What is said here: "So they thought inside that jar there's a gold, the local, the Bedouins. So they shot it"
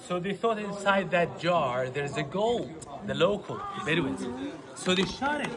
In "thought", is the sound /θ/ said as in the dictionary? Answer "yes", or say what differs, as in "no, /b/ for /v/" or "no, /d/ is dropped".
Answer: yes